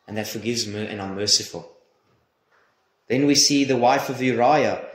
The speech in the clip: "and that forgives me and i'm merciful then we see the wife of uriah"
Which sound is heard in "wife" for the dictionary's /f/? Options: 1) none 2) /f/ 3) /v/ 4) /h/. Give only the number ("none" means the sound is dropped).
2